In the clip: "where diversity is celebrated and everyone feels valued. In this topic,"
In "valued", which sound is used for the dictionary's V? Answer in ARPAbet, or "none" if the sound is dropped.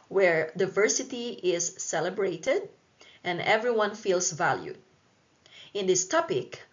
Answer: V